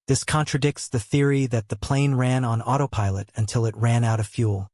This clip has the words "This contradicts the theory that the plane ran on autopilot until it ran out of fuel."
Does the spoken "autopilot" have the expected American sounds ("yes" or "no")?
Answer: yes